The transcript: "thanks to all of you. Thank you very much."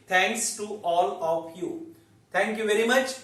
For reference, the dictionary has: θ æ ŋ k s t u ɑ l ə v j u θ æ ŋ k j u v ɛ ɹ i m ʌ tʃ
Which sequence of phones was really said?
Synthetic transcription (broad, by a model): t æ ŋ k s t u ɑ l ə v j u t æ ŋ k j u v ɛ ɹ i m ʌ tʃ